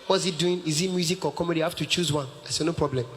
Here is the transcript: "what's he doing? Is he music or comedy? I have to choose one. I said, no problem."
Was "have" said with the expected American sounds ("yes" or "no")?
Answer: no